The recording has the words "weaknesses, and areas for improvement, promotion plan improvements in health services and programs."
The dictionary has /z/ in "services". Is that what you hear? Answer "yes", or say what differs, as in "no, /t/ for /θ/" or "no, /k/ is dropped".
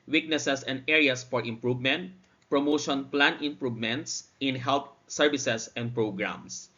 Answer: no, /s/ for /z/